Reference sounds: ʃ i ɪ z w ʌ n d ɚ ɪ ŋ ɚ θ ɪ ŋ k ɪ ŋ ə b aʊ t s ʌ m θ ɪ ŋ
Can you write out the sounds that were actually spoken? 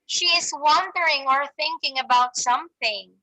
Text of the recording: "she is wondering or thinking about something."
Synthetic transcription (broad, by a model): ʃ i ɪ z w ʌ n d ɚ ɪ ŋ ɚ θ ɪ ŋ k ɪ ŋ ə b aʊ t s ʌ m θ ɪ ŋ